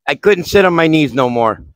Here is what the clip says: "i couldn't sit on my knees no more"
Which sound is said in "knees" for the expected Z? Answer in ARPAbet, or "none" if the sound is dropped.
Z